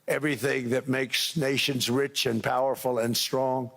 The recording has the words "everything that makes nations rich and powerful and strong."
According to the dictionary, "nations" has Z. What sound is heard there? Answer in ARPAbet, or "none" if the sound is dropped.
Z